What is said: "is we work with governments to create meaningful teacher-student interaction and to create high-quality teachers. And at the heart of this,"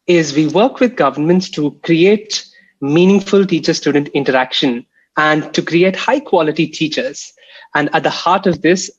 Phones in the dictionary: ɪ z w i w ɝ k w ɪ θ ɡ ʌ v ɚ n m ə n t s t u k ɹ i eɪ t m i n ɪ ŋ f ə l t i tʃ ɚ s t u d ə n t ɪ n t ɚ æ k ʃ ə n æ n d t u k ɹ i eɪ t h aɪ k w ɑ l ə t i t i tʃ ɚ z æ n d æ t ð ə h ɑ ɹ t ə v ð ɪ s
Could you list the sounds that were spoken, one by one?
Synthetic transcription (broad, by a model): ɪ z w i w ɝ k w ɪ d ɡ ʌ v ɚ n m ə n t s t u k ɹ i eɪ t m i n ɪ ŋ f ə l t i tʃ ɚ s t u d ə n t ɪ n t ɚ æ k ʃ ə n æ n d t u k ɹ i eɪ t h aɪ k w ɑ l ə t i t i tʃ ɚ z æ n d æ t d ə h ɑ ɹ t ə v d ɪ s